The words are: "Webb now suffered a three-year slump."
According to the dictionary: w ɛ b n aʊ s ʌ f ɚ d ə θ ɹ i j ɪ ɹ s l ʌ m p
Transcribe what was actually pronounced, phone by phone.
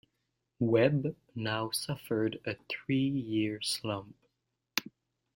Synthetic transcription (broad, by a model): w ɛ b n aʊ s ʌ f ɚ d ə θ ɹ i j ɪ ɹ s l ʌ m p